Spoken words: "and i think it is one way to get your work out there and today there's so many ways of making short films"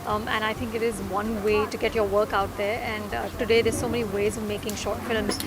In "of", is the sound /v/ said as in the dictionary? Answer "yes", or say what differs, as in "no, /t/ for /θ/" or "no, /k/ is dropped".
yes